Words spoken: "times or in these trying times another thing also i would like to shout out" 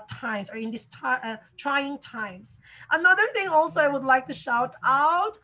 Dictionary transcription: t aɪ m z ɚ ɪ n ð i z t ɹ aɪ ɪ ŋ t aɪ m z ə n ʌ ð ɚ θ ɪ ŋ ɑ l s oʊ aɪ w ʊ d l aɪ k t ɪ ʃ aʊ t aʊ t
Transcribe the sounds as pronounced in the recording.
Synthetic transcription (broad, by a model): t aɪ m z ɚ ɪ n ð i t t ɹ aɪ ɪ ŋ t aɪ m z ə n ʌ ð ɚ θ ɪ ŋ ɑ l s oʊ aɪ w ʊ d l aɪ k t ɪ ʃ aʊ t aʊ t